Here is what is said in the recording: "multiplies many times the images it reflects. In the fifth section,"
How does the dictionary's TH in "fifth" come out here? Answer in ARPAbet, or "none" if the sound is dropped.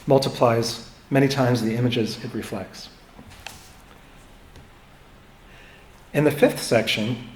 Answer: TH